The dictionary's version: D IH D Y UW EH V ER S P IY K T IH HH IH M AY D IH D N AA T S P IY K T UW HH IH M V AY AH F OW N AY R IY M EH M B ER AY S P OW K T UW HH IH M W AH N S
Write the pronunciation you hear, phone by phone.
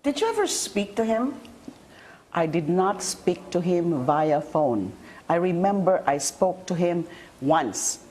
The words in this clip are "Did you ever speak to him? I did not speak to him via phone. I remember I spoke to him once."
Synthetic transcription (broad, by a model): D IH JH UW EH V ER S P IY K T IH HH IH M AY D IH D N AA T S P IY K T UW HH IH M V AY AH F OW N AY R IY M EH M B ER AY S P OW K T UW HH IH M W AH N S